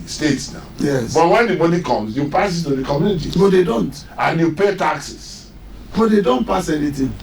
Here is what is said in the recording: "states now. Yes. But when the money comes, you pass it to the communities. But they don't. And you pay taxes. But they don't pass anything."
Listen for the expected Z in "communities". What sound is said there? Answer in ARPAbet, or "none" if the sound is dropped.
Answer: none